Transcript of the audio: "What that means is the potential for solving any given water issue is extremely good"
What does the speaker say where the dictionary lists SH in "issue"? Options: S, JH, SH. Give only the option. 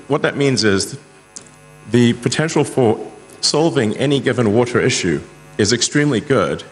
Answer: SH